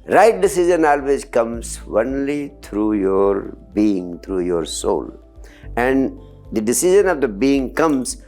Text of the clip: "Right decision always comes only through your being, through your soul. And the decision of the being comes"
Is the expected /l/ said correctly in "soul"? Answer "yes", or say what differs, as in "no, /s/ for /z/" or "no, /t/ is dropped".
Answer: yes